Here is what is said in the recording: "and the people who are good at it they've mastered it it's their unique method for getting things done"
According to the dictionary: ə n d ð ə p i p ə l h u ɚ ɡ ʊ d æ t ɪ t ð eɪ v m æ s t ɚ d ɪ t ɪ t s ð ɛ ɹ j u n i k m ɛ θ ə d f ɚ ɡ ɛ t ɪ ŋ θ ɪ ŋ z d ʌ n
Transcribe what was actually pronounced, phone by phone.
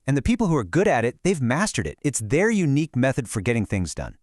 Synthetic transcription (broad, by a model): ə n ð ə p i p l h u ɚ ɡ ʊ d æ t ɪ t ð eɪ v m æ s t ɚ d ɪ t ɪ t s ð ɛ ɹ j u n i k m ɛ θ ə d f ɚ ɡ ɛ t ɪ ŋ θ ɪ ŋ z d ʌ n